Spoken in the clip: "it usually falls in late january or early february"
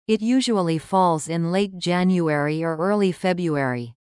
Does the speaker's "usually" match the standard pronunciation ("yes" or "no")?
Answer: yes